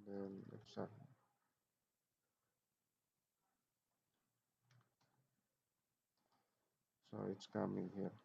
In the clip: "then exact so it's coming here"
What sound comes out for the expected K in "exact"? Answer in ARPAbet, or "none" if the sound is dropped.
none